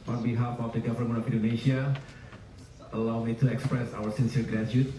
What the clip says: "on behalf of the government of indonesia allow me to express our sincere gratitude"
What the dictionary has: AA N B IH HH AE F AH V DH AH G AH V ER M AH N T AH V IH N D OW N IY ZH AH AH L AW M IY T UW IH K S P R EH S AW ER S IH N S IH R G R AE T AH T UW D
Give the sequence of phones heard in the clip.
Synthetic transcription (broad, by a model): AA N B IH HH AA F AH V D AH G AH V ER M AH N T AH F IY N D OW N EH S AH AH L AW M IY T UW IH K S P R EH S AW ER S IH N S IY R G R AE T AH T